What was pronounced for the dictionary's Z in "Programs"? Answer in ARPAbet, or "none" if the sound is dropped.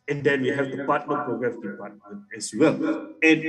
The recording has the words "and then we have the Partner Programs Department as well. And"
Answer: none